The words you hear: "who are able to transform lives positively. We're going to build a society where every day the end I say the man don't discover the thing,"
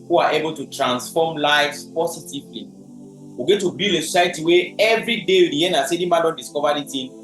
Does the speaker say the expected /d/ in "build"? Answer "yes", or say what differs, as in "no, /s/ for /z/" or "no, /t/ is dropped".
no, /d/ is dropped